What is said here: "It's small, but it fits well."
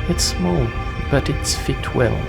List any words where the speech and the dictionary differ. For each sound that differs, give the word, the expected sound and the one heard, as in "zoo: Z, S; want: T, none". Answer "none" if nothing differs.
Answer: fits: S, none